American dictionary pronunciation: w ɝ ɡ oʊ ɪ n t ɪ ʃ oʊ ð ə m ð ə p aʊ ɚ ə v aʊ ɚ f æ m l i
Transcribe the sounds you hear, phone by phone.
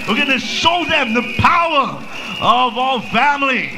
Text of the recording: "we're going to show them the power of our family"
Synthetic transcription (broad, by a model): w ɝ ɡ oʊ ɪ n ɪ ʃ oʊ ð ə m ð ə p aʊ ɚ ə v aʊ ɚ f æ m l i